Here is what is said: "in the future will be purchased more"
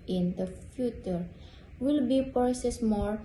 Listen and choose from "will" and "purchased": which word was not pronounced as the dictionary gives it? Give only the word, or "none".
purchased